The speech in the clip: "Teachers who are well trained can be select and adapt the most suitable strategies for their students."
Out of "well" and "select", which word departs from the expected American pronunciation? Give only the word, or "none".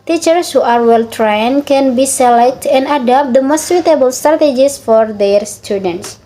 none